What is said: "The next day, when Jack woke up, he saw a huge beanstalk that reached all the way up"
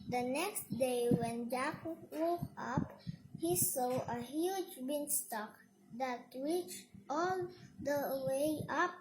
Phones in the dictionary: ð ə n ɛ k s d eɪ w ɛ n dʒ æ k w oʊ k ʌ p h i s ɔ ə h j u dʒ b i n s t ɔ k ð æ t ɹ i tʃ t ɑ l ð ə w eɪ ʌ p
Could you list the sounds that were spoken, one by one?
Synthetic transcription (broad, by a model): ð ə n ɛ k s d eɪ w ɛ n dʒ æ k w oʊ k ʌ p h i s ɔ ə h j u dʒ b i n s t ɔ k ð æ t w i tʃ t ɑ l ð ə w eɪ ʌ p